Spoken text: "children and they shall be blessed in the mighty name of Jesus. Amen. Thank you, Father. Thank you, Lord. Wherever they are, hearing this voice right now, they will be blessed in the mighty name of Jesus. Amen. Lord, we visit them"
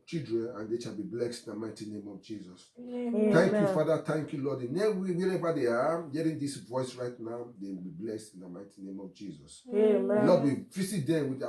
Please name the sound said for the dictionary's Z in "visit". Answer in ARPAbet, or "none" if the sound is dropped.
S